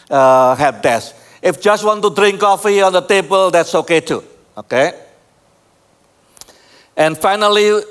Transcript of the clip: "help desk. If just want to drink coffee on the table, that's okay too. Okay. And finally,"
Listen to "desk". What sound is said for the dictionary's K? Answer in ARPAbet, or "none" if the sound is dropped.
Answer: none